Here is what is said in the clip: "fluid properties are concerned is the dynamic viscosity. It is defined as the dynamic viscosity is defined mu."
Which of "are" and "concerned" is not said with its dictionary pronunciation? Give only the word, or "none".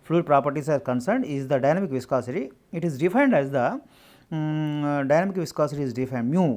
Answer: none